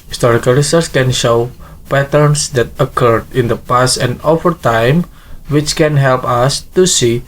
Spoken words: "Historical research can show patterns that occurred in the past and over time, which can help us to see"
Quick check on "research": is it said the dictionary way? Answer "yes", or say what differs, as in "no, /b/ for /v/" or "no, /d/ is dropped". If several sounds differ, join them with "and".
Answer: no, /s/ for /tʃ/